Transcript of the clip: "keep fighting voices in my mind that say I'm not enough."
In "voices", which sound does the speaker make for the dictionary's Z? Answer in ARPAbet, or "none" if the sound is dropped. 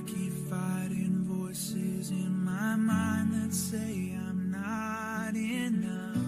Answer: Z